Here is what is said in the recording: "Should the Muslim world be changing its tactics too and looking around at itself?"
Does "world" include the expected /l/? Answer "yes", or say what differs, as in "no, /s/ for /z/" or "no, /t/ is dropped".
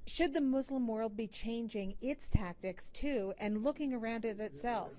yes